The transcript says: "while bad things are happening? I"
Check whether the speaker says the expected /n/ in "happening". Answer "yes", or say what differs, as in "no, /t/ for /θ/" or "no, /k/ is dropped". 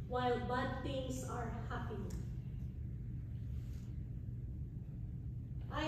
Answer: no, /n/ is dropped